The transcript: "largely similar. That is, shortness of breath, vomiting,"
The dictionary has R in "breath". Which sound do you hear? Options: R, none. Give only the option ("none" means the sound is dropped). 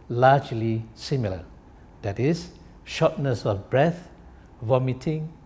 R